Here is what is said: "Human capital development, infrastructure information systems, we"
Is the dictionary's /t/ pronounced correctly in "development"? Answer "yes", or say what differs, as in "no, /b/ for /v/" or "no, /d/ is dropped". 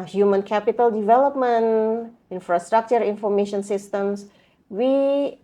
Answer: no, /t/ is dropped